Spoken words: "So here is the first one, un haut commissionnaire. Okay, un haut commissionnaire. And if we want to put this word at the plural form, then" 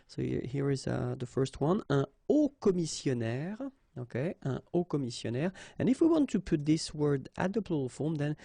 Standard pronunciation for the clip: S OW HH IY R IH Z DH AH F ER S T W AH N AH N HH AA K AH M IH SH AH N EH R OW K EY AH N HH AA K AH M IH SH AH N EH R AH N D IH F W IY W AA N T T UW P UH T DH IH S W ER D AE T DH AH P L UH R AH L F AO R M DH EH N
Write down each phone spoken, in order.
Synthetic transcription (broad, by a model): S OW HH IY R IH Z DH AH F ER S T W AH N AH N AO K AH M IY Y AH N EH R OW K EY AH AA K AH M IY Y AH N EH R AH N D IH F W IY W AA N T T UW P UH T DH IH S W ER D AE T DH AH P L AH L F AO R M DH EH N